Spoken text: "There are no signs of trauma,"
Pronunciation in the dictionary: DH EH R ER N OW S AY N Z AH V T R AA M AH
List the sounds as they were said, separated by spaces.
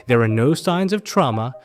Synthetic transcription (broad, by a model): DH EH R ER N OW S AY N Z AH V T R AA M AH